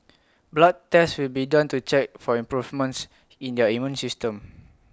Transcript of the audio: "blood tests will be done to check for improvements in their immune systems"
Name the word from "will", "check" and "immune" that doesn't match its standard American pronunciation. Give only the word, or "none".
none